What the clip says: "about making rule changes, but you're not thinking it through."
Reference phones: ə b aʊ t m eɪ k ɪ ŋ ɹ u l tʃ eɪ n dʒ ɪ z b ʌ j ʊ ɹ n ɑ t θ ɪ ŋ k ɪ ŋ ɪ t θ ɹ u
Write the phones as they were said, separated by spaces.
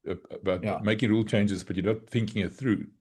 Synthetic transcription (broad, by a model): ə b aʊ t m eɪ k ɪ ŋ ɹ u l tʃ eɪ n dʒ ɪ z b ʌ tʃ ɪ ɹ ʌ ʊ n θ ɪ ŋ k ɪ ŋ ɪ t θ ɹ u